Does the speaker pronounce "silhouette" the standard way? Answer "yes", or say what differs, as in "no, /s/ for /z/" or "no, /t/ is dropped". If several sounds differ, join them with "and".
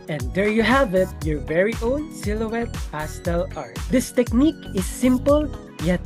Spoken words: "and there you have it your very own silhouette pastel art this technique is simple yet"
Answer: yes